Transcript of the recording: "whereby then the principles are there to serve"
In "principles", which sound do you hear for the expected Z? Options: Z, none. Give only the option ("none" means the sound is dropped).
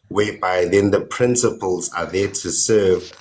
Z